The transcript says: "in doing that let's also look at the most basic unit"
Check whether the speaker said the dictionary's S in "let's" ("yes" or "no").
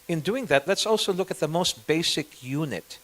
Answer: yes